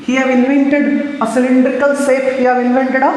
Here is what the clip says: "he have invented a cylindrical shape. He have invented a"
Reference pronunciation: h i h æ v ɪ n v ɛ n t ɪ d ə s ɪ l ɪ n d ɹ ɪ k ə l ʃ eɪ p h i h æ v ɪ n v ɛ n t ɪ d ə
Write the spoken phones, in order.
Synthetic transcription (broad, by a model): h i h æ v ɪ n v ɛ n t ɪ d ə s ɪ l ɪ n d ɹ ɪ k ə l s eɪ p h i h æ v ɪ n v ɛ n t ɪ d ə